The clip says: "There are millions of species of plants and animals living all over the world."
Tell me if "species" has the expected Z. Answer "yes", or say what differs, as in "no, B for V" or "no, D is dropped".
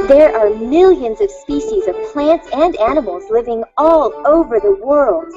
yes